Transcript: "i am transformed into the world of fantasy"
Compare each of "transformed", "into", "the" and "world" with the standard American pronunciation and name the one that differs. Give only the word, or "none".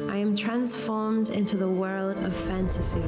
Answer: none